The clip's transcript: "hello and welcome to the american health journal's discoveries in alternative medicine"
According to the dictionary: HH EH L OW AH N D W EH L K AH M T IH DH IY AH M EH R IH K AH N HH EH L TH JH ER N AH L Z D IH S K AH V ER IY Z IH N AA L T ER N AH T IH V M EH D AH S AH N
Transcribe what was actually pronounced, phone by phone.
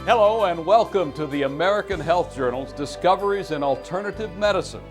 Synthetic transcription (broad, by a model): HH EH L OW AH N W EH L K AH M T IH DH IY AH M EH R IH K AH N HH EH L TH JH ER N L Z D IH S K AH V ER IY Z IH N AA L T ER N AH T IH V M EH D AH S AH N